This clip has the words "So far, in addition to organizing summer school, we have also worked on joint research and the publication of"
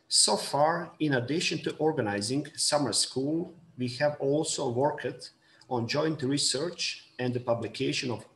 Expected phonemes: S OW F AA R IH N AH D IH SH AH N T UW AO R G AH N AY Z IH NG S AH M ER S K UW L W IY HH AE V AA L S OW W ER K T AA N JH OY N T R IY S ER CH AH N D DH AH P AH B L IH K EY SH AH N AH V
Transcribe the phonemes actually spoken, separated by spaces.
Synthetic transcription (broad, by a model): S OW F AA R IH N AH D IH SH AH N T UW AO R G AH N AY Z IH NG S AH M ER S K UW L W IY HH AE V AA L S OW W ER K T AA N JH OY N T R IY S ER CH AH N D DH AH P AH B L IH K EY SH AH N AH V